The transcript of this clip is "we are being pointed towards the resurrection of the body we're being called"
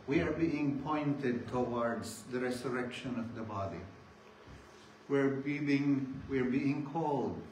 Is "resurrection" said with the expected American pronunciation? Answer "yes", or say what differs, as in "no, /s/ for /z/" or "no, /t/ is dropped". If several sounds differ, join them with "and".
no, /s/ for /z/